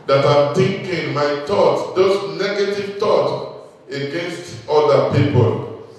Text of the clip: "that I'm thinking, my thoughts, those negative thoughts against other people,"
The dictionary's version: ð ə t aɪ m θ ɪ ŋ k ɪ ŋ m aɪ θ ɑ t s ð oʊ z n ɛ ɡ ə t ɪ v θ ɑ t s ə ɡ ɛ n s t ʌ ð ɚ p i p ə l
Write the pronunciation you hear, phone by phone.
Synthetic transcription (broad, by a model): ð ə t aɪ m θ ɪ ŋ k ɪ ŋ m aɪ t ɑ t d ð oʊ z n ɛ ɡ ə t ɪ v t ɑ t ə ɡ ɛ n s t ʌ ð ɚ p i p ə l